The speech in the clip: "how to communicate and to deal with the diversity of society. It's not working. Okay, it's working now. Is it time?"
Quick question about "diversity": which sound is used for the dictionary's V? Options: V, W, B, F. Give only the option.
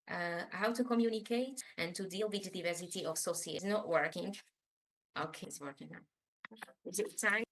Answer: V